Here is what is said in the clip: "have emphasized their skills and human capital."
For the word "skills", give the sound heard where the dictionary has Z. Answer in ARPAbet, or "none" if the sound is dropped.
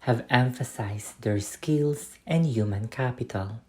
S